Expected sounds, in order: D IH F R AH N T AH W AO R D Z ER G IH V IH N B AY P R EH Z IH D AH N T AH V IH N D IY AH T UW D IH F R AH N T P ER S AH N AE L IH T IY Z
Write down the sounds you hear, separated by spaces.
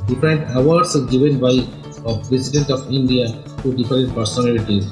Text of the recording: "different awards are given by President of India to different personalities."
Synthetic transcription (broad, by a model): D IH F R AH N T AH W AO R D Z G IH V IH N B AY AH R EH S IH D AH N T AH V IH N D IY AH T UW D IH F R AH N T P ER S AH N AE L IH T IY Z